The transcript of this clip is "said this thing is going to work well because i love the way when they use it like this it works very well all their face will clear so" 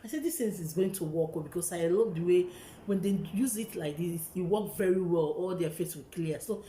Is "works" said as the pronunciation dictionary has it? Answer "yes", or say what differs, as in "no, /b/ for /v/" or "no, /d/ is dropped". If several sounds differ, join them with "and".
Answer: no, /s/ is dropped